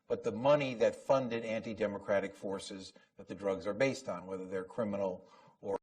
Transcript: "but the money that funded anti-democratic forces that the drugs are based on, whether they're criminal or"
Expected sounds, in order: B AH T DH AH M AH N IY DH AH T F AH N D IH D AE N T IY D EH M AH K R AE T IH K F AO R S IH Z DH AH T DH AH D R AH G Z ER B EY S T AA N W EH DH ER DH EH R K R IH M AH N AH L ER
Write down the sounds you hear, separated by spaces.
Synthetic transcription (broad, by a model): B AH T DH AH M AH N IY DH AH T F AH N D IH D AE N T IY D EH M AH K R AE T IH K F AO R S IH Z DH AH T DH AH D R AH G Z ER B EY S T N W EH DH ER DH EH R K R IH M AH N L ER